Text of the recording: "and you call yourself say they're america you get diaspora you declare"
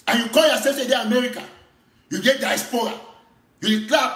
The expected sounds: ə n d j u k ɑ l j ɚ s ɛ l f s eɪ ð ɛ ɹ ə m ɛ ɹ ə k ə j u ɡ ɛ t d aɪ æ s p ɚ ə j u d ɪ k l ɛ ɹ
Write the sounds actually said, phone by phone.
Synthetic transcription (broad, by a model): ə n j u k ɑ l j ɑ s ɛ f s eɪ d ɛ ə m ɛ ɹ ə k ə j u ɡ ɛ t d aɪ s p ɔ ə j u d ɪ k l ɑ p